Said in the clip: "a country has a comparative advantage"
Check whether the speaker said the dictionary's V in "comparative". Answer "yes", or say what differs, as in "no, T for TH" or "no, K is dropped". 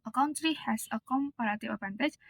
no, V is dropped